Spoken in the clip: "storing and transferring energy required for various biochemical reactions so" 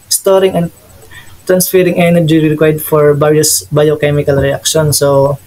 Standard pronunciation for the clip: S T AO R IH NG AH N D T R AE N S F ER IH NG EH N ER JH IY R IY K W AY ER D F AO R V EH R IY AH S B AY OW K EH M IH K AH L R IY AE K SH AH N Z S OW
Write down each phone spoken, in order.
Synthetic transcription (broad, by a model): S T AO R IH NG AH N D T R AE N S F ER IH NG EH N ER JH IY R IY K W AY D F AO R B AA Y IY S B AY OW K EH M IH K AH L R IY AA K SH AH N S OW